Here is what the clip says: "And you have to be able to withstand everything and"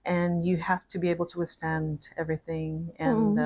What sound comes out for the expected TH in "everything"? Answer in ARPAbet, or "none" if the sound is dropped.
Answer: TH